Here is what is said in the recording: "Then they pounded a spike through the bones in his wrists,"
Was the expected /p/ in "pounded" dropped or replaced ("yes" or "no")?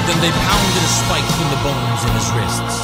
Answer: no